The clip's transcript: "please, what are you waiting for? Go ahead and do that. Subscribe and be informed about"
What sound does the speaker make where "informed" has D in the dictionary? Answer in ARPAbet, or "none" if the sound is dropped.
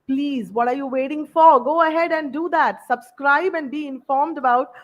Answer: D